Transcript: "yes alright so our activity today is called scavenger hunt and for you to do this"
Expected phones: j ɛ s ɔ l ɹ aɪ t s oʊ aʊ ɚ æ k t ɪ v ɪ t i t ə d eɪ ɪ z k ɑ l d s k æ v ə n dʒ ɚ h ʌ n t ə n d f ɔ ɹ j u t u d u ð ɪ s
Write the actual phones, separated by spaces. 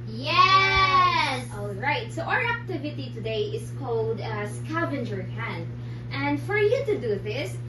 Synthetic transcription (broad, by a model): j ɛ s ɔ l ɹ aɪ t s oʊ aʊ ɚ æ k t ɪ v ɪ t i t ə d eɪ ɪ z k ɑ l d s k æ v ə n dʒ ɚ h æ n t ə n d f ɔ ɹ j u t u d u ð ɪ s